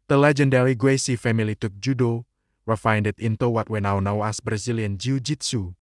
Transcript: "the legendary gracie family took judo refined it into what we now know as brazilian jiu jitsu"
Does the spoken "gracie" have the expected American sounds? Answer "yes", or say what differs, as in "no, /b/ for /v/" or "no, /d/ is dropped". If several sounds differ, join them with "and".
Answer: no, /w/ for /ɹ/